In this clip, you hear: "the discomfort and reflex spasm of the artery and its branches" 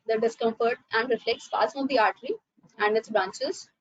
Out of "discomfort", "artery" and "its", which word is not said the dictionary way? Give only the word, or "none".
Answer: none